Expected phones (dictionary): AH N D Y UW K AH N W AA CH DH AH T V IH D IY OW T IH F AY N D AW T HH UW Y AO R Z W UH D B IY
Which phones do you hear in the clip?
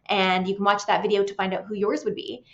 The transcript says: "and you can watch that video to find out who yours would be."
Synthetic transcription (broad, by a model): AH N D Y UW K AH N W AA CH DH AH T V IH D IY OW T IH F AY N D AW T HH UW Y AO R Z W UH D B IY